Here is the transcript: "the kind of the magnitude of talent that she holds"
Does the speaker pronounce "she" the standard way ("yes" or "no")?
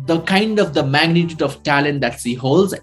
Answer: no